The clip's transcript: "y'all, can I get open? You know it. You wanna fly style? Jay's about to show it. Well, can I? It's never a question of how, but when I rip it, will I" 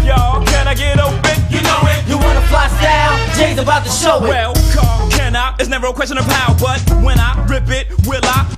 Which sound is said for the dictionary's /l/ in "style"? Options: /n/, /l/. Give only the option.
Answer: /n/